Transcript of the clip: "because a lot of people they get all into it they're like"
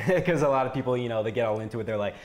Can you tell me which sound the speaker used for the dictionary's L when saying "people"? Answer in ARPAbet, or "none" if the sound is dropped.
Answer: N